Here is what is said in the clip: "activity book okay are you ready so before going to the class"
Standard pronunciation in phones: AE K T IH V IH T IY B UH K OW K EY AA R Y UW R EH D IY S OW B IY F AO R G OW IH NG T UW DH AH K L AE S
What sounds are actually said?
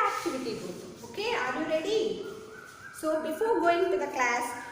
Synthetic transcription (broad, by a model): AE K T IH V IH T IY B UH OW K EY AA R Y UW R EH D IY S OW B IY F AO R G OW IH NG T UW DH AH K L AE S